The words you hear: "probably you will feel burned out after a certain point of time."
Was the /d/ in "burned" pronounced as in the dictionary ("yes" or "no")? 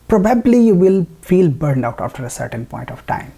yes